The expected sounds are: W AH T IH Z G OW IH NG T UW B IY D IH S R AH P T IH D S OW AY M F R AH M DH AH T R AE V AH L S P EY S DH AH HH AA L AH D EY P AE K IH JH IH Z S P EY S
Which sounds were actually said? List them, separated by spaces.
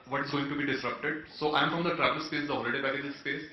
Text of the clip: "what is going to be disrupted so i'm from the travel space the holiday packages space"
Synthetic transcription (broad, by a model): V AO T IH Z G OW IH NG T UW B IY D IH S R AH P T IH D S OW AY M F R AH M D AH T R AE V AH L S P EY S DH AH HH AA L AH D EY B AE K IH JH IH S P EY S